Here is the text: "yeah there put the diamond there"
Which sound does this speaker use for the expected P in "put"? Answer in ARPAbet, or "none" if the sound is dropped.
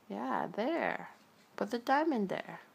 B